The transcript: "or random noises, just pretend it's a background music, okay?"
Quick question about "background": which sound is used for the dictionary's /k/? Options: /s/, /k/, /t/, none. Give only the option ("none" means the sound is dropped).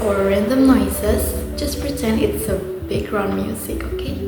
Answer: none